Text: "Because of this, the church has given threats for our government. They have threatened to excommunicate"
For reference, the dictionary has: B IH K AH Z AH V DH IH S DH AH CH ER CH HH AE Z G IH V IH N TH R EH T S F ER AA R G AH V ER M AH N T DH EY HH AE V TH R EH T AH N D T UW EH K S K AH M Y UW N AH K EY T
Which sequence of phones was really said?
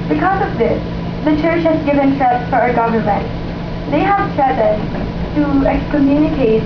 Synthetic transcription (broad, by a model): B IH K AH Z AH V DH IH S DH AH CH ER CH HH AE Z G IH V IH N T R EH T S F ER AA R G AH V ER M AH N T DH EY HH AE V T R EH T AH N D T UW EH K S K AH M Y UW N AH K EY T